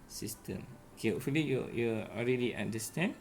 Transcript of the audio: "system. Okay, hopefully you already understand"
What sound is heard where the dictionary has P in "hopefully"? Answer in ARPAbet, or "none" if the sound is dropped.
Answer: none